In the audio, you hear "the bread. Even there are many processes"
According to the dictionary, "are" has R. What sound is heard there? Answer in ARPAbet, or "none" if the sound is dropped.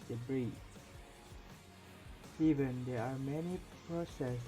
R